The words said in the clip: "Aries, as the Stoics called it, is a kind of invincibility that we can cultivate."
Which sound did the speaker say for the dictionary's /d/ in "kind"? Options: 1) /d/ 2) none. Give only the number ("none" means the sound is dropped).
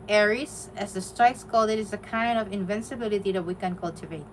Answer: 1